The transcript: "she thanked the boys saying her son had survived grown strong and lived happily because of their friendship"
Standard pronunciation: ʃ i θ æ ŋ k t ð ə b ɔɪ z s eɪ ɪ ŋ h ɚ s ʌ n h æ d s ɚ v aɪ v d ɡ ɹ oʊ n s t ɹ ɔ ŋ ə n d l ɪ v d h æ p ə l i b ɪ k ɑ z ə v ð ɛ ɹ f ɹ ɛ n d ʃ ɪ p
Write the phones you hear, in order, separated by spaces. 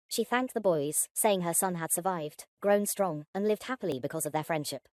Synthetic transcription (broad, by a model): ʃ i θ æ ŋ k ð ə b ɔɪ z s eɪ ɪ ŋ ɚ s ʌ n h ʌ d s ɚ v aɪ v d ɡ ɹ oʊ n s t ɹ ɔ ŋ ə n l ɪ v d h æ p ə l i b ɪ k ɑ z ə v ð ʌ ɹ f ɹ ɛ n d ʃ ɪ p